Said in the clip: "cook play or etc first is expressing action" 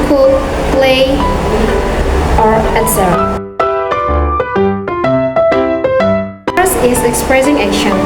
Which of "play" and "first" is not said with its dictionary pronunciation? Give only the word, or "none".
first